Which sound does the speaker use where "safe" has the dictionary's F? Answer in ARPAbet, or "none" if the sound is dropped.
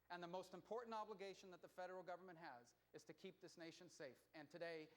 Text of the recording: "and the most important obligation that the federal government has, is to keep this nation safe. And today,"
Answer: F